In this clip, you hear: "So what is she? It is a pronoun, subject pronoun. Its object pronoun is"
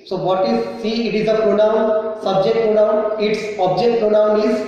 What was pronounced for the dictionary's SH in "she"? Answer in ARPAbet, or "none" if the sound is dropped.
S